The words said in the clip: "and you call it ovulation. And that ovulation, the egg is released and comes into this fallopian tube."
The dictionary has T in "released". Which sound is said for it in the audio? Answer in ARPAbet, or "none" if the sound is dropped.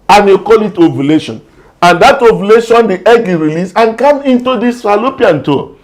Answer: none